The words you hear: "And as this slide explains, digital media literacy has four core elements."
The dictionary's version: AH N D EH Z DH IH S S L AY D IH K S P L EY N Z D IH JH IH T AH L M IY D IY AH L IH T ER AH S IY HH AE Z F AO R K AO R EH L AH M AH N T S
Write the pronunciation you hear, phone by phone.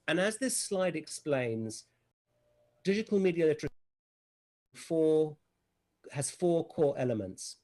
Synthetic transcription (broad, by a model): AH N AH Z DH IH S S L AY D IH K S P L EY N Z D IH JH IH T AH L M IY D IY AH L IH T ER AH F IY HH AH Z F AO K AO EH L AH M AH N T S